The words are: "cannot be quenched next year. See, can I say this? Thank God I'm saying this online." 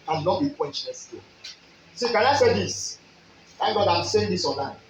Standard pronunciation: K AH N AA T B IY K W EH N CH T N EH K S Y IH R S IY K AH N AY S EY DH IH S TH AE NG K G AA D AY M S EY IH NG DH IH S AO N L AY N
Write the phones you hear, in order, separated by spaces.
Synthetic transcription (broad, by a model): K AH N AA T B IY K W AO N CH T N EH S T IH L S IY K AH N AY S EY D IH S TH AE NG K G AA D AY M S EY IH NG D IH S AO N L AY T